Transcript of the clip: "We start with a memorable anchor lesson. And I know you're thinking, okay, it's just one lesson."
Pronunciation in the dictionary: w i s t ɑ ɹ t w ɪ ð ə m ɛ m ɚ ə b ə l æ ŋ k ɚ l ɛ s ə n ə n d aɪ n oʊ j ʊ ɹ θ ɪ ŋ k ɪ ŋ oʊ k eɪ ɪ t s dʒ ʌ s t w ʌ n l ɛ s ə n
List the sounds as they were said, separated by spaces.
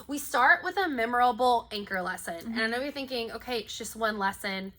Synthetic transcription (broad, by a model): w i s t ɑ ɹ t w ɪ ð ə m ɛ m ɚ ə b l æ ŋ k ɚ l ɛ s ə n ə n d aɪ n oʊ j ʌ ɹ θ ɪ ŋ k ɪ ŋ oʊ k eɪ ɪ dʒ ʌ s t w ʌ n l ɛ s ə n